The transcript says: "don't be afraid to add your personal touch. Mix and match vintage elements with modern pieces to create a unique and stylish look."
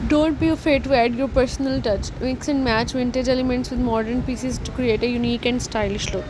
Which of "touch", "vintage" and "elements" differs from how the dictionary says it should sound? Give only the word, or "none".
none